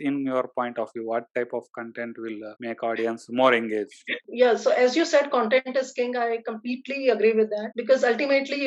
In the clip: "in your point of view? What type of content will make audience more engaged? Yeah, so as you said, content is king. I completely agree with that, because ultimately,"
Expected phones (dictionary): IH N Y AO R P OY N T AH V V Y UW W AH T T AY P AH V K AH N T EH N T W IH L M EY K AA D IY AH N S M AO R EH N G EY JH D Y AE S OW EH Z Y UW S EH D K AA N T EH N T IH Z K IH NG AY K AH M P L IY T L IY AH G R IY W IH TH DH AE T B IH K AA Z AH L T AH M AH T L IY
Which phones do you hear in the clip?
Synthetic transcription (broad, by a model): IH N Y AO R P OY N T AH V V Y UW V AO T T AY P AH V K AH N T EH N T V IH L M EY K AA D IY AH N S M AO R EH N G EY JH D Y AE S OW EH Z Y UW S EH D K AA N T EH N T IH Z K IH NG AY K AH M P L IY T L IY AH G R IY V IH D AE T B IH K AA Z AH L T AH M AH T L IY